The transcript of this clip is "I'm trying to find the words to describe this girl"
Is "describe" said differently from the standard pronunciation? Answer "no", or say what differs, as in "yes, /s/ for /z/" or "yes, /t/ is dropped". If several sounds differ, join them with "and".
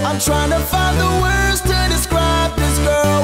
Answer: no